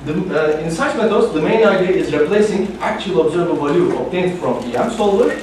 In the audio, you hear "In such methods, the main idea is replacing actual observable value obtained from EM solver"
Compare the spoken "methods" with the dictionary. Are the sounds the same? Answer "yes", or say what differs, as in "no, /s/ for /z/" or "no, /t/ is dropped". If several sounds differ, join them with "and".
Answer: no, /t/ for /θ/